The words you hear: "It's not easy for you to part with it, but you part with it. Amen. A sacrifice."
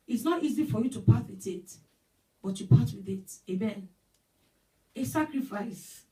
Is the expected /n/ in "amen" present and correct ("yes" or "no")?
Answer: yes